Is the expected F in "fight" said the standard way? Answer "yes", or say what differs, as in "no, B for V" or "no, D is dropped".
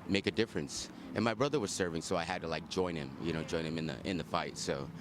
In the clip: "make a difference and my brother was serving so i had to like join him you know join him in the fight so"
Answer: yes